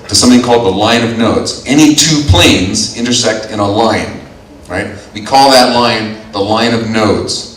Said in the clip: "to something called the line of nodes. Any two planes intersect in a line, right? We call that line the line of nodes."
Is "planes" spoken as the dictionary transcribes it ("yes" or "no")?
yes